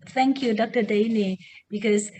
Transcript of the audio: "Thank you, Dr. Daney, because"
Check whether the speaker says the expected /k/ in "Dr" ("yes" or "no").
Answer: yes